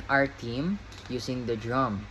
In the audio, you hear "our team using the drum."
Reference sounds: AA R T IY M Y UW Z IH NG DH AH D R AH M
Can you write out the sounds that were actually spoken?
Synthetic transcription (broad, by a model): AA R T IY M Y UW S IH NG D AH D R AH M